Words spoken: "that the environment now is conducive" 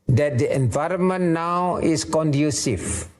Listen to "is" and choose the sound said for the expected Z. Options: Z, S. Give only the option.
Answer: S